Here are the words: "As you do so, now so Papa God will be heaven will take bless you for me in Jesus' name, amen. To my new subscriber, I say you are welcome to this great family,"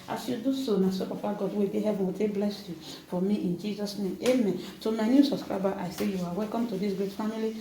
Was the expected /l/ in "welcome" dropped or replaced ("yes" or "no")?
no